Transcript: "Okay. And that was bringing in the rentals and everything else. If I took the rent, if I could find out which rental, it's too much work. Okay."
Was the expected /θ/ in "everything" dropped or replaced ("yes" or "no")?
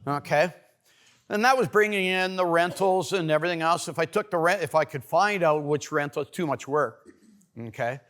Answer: no